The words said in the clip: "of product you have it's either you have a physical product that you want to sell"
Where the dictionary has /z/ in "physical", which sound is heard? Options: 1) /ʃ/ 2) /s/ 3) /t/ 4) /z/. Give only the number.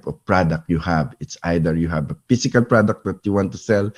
2